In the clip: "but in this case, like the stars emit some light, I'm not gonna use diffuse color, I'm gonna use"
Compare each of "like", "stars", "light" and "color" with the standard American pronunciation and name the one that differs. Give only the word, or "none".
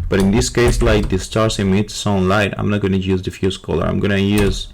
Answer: stars